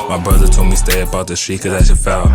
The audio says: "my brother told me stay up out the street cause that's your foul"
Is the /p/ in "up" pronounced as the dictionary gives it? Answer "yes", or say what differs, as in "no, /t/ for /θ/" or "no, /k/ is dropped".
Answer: no, /b/ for /p/